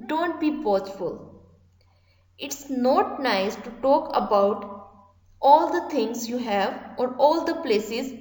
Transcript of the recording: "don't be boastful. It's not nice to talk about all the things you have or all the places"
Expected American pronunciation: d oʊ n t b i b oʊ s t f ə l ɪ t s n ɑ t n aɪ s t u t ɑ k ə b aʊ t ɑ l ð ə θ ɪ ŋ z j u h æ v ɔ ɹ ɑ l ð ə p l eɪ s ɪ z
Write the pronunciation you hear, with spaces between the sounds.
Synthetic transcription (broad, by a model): d oʊ n t b i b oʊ t f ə l ɪ t s n ɑ t n aɪ s t u t ɑ k ə b aʊ t ɑ l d ə t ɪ ŋ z j u h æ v ɔ ɹ ɑ l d ə p l eɪ s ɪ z